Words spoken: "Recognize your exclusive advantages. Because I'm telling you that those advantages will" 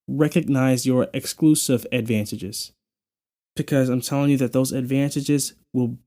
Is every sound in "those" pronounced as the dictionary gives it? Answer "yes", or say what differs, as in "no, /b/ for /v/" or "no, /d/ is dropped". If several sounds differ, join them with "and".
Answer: yes